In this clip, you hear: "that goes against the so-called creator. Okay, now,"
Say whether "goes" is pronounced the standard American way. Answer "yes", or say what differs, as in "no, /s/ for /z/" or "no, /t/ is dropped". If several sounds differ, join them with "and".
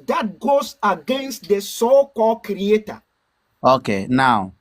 no, /s/ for /z/